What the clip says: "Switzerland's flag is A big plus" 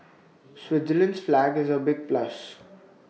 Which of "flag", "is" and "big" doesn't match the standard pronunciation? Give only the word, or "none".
none